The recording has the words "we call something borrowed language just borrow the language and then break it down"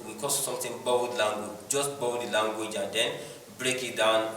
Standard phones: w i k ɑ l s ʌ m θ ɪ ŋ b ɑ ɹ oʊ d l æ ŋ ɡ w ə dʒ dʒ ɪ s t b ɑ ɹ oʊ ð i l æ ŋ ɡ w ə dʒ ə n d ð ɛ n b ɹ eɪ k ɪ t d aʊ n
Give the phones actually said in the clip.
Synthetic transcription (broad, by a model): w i k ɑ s s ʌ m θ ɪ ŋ b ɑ oʊ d l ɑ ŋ ɡ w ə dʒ dʒ ɪ s t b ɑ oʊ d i l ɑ ŋ ɡ w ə dʒ ə n d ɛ n b ɹ eɪ k ɪ t d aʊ n